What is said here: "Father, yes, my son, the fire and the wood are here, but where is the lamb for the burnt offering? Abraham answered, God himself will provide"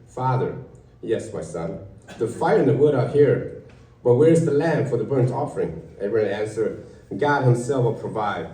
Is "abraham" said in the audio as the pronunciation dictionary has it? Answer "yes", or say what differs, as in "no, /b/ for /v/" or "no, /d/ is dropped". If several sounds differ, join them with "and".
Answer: no, /b/ is dropped